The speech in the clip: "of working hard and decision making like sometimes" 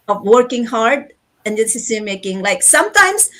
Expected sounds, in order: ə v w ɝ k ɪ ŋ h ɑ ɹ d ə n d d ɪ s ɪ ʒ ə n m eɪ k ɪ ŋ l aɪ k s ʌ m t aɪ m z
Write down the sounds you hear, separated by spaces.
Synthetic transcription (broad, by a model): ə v w ɝ k ɪ ŋ h ɑ ɹ d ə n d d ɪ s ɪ s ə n m eɪ k ɪ ŋ l aɪ k s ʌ m t aɪ m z